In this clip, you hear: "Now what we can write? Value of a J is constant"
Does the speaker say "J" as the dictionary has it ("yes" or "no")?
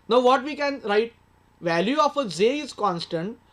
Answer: no